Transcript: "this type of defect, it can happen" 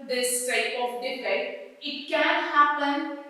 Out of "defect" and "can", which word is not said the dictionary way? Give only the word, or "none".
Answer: defect